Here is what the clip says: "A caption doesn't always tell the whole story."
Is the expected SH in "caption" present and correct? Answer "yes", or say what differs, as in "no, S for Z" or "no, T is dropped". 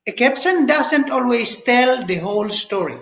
no, S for SH